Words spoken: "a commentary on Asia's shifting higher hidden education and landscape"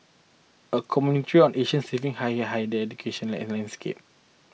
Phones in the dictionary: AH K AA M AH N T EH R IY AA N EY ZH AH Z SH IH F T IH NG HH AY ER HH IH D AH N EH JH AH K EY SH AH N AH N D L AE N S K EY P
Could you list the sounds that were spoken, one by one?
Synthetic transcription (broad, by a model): AH K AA M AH N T R IY AA N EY SH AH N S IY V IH NG HH AY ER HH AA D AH EH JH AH K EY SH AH N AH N L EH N S K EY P